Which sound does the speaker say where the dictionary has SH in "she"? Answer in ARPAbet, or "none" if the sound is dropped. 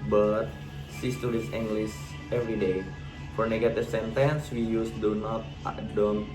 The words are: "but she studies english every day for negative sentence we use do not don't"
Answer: S